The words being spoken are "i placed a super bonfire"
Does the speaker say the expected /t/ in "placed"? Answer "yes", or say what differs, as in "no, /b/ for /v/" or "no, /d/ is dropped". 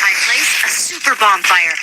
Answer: no, /t/ is dropped